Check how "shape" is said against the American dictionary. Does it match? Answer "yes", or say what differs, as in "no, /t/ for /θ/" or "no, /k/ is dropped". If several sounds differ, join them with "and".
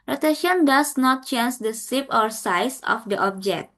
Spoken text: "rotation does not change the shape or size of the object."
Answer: no, /s/ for /ʃ/